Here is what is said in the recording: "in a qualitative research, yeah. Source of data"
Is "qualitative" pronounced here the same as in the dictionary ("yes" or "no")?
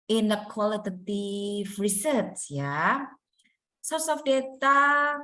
no